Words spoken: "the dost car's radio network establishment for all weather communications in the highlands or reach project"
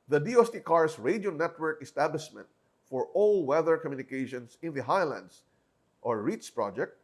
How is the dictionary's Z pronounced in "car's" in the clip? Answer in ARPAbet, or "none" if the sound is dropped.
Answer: S